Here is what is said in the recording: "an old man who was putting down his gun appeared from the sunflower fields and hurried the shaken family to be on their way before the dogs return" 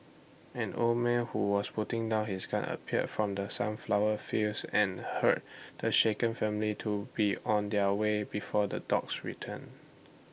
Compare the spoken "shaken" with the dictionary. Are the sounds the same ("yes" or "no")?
yes